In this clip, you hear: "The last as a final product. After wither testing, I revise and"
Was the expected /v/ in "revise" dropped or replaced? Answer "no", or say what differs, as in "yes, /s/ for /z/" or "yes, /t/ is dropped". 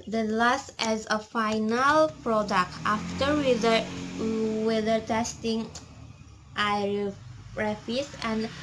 yes, /f/ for /v/